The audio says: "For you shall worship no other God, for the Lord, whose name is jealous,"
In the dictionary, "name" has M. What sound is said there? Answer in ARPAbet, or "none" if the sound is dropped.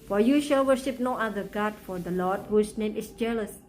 M